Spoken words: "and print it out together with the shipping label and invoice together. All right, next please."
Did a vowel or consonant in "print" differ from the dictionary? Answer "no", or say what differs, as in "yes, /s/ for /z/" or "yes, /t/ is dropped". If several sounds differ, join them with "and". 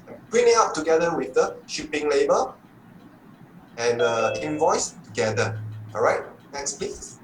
yes, /t/ is dropped